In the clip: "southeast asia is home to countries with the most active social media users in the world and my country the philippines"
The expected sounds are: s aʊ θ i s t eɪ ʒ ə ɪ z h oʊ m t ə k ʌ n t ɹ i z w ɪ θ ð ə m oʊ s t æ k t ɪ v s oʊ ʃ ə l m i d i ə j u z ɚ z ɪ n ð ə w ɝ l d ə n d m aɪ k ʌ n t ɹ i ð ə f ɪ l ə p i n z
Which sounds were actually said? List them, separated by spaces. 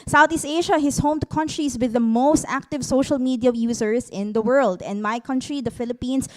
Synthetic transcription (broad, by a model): s aʊ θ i s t eɪ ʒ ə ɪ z h oʊ m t k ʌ n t ɹ i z w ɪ ð ə m oʊ s t æ k t ɪ v s oʊ ʃ ə l m i d i ə j u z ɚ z ɪ n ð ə w ɝ l d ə n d m aɪ k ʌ n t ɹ i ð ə f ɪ l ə p i n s